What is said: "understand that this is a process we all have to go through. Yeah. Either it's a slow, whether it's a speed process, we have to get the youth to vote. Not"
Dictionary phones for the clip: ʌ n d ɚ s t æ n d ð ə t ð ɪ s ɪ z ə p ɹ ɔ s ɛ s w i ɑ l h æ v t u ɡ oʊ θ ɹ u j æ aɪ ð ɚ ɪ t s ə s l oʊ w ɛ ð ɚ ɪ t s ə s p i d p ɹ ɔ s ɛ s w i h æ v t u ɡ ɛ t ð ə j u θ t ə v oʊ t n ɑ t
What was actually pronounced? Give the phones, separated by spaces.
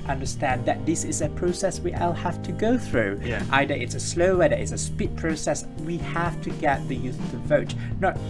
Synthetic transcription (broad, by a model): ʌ n d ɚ s t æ n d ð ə t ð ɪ s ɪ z ə p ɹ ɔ s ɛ s w i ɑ l h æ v t u ɡ oʊ θ ɹ u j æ aɪ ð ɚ ɪ t s ə s l oʊ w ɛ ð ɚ ɪ t s ə s p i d p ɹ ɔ s ɛ s w i h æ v t u ɡ ɛ t ð ə j u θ t ə v oʊ t n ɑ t